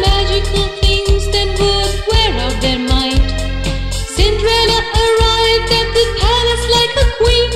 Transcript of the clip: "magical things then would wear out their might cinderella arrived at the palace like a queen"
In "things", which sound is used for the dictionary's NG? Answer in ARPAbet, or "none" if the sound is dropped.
NG